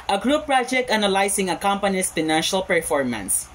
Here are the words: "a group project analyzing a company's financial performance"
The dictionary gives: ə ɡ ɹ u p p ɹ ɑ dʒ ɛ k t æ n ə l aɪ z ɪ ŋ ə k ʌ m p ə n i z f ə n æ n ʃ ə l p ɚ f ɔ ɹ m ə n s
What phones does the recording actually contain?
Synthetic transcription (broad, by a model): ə ɡ ɹ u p p ɹ ɑ dʒ ɛ k t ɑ n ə l aɪ s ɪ ŋ ə k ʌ m p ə n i s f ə n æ n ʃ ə l p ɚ f ɔ ɹ m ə n s